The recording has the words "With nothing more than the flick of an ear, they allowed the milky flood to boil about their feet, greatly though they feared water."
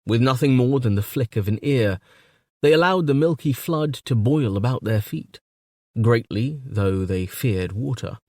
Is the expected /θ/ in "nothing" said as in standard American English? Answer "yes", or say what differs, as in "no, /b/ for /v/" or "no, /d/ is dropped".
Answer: yes